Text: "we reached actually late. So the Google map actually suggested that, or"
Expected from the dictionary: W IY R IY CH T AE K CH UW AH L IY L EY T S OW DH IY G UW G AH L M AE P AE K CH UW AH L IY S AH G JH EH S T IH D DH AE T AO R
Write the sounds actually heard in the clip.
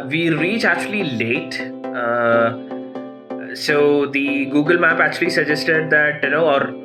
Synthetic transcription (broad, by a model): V IY R IY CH AE K CH UW AH L IY L EY T S OW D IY G UW G AH L M AE P AE K CH UW AH L IY S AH JH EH S T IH D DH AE T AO R